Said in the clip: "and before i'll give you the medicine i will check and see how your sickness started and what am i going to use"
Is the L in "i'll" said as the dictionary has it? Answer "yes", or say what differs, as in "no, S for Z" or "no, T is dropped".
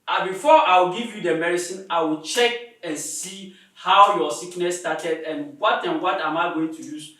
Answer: no, W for L